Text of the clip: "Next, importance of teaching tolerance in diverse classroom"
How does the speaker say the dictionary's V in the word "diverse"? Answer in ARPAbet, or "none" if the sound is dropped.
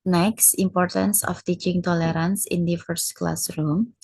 F